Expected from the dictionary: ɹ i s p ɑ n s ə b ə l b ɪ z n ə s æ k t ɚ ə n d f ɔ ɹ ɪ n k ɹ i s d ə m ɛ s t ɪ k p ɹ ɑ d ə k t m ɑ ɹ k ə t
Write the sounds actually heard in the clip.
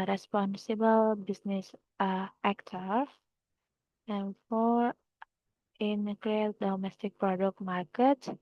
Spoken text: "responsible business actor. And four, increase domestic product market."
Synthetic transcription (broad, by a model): ɹ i s p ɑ n s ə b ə l b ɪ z n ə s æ k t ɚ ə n f ɔ ɹ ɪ n k l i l d ə m ɛ s t ɪ k p ɹ ɑ d ə k t m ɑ ɹ k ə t